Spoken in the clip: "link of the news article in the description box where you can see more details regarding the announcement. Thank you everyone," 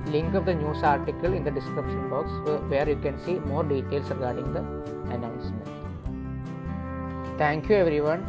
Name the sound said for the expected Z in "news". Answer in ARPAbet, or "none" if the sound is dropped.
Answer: S